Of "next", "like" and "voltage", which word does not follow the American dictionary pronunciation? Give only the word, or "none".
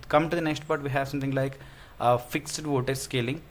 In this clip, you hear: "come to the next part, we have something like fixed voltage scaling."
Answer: voltage